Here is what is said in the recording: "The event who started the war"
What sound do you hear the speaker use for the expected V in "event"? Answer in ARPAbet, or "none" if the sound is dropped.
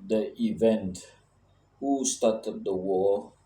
V